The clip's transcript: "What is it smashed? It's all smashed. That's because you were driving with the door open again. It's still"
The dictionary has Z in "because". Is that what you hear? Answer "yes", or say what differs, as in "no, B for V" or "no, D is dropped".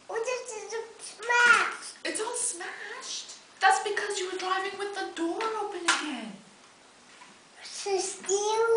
yes